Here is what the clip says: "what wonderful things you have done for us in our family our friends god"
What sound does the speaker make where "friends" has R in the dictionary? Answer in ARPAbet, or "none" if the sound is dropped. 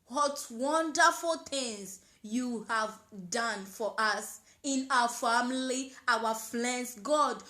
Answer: L